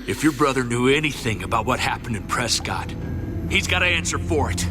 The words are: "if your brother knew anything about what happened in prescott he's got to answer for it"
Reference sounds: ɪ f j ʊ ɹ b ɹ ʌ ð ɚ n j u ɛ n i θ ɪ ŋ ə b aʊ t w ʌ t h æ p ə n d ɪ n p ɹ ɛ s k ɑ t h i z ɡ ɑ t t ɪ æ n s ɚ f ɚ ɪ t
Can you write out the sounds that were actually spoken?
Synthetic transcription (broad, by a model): ɪ f j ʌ ɹ b ɹ ʌ ð ɚ n j u ɛ n i θ ɪ ŋ ə b aʊ t w ʌ t h æ p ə n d ɪ n p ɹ ɛ s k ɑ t h i z ɡ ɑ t t ɪ æ n s ɚ f ɚ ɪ t